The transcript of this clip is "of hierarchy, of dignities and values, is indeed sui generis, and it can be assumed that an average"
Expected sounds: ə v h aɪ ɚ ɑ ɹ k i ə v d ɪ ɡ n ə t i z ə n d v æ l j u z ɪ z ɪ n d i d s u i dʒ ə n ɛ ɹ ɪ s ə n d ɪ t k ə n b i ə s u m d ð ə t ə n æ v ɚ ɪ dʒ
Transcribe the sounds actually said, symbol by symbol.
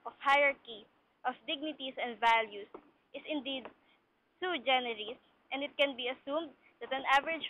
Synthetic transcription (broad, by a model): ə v h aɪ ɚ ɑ ɹ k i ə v d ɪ ɡ n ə t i s ə n d v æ l j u s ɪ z ɪ n d i d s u dʒ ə n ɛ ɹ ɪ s ə n d ɪ t k ə n b i ə s u m d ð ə t ə n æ v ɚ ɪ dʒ